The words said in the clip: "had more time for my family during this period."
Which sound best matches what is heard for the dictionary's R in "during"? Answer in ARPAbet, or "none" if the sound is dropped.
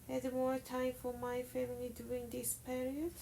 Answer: none